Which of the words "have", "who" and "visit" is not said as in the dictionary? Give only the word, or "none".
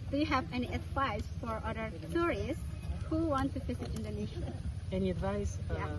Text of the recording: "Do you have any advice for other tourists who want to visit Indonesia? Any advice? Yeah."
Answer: visit